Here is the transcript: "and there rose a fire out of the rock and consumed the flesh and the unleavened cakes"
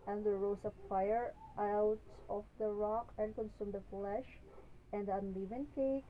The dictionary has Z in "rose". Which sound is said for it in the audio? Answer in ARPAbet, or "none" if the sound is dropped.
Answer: S